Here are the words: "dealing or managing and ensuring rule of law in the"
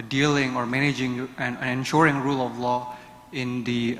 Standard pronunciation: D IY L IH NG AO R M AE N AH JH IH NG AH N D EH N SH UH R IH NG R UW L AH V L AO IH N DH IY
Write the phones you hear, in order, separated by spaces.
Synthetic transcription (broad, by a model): D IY L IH NG AO R M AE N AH JH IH NG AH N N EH N SH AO R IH NG R UW L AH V L AO IH N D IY